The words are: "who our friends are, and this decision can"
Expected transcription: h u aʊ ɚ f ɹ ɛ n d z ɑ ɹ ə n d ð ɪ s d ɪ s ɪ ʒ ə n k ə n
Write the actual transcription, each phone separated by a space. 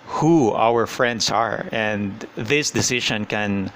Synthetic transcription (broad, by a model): h u aʊ ɚ f ɹ ɛ n d s ɑ ɹ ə n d ð ɪ s d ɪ s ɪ ʃ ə n k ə n